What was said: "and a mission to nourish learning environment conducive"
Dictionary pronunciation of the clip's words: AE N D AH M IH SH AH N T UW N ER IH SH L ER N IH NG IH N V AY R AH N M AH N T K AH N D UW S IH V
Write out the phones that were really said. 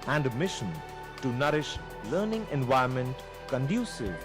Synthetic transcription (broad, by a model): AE N D M IH SH AH N T UW N ER IH SH L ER N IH NG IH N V AY AH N M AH N T K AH N D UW S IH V